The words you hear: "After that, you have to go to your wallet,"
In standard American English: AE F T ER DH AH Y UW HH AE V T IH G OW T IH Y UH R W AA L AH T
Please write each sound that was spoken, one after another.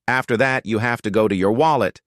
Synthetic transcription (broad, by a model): AE F T ER DH AH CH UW HH AE F T IH G OW T IH Y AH R W AA L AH T